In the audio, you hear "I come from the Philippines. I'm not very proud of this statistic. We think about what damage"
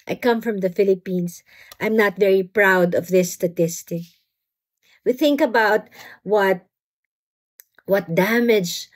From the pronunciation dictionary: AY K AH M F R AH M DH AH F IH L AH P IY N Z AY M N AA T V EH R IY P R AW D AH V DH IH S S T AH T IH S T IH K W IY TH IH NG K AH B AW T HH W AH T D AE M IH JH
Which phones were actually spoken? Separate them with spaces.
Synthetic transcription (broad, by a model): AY K AH M F R AH M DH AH F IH L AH P IY N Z AY M N AA T V EH R IY P R AW D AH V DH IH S S T AH T IH S T IH K W IY TH IH NG K AH B AW T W W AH T D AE M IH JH